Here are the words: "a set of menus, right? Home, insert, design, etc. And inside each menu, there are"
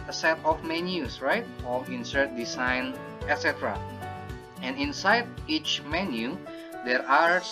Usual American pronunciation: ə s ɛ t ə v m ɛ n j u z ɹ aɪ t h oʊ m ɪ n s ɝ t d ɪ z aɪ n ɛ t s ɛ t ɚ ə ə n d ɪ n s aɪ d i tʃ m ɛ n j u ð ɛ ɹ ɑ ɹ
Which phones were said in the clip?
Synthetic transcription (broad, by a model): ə s ɛ t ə f m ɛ n j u s ɹ aɪ t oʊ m ɪ n s ɝ t d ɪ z aɪ n ɛ t s ɛ t ɚ ə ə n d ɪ n s aɪ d i tʃ m ɛ n j u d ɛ ɹ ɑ ɹ